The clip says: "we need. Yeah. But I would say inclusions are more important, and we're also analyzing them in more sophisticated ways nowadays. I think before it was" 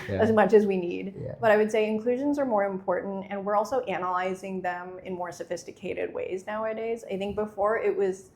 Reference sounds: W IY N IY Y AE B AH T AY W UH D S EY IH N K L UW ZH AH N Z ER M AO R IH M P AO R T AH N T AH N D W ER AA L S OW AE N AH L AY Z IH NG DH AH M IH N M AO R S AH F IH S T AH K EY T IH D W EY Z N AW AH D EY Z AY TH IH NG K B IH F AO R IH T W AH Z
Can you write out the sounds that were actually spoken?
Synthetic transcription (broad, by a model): W IY N IY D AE B AH T AY W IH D S EY IH N K L UW ZH AH N Z ER M AO R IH M P AO R T N T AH N W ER AA L S OW AE N AH L AY Z IH NG DH AH M IH N M AO R S AH F IH S T AH K EY T IH D W EY Z N AW AH D EY Z AY TH IH NG K B IH F AO R IH T W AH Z